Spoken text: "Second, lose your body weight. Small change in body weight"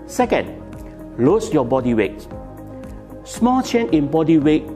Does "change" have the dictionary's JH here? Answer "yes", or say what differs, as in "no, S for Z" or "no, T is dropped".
no, JH is dropped